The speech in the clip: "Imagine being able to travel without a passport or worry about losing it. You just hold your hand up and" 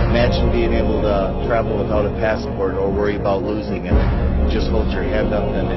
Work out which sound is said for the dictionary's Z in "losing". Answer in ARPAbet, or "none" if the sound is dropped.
Z